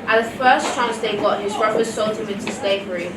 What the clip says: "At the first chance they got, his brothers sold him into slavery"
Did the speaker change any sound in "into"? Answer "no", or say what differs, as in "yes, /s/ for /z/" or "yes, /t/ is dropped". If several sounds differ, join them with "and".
no